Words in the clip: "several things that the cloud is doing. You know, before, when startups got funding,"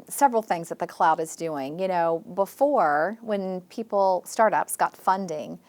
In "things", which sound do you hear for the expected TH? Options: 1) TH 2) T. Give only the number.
1